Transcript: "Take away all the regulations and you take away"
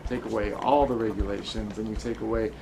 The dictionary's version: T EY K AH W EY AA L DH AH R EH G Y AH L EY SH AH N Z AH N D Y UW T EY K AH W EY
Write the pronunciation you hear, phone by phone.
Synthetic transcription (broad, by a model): T EY K AH W EY AA L DH AH R EH G Y AH L EY SH AH N Z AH N Y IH T EY K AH W EY